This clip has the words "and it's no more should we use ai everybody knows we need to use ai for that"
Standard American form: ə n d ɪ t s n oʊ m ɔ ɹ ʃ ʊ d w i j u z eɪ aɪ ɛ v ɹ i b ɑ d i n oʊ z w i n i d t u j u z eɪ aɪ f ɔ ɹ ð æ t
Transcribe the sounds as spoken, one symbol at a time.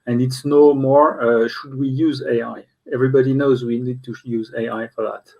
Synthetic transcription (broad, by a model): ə n d ɪ t s n oʊ m ɔ ɹ ʃ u d w i j u z eɪ aɪ ɛ v ɹ i b ɑ d i n oʊ z w i n i d t u j u z eɪ aɪ f ɔ ɹ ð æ t